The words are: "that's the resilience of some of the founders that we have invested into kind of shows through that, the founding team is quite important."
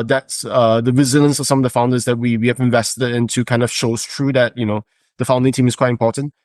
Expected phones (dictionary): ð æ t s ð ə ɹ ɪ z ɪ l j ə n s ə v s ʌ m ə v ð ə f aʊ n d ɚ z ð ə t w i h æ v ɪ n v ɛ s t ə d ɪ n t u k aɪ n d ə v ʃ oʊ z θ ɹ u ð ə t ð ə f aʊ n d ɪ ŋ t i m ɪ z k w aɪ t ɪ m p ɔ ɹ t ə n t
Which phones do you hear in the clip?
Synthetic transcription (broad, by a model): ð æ t s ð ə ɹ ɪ z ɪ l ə n s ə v s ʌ m ə v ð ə f aʊ n d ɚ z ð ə t w i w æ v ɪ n v ɛ s t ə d ɪ n t u k aɪ n d ə v ʃ oʊ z t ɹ u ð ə t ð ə f aʊ n d ɪ ŋ t i m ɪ s k w aɪ t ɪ m p ɔ t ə n t